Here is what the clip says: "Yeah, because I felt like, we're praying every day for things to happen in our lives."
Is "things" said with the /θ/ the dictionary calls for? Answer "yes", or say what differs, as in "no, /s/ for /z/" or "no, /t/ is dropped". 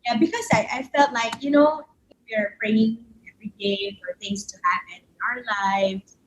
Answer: yes